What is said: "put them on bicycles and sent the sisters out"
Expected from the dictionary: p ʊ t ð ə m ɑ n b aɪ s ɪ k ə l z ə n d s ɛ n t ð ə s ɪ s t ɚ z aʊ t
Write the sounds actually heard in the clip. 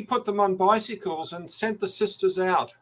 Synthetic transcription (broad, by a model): p ʊ t ð ə m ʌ n b aɪ s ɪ k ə l z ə n s ɛ n ð ə s ɪ s t ɚ z aʊ t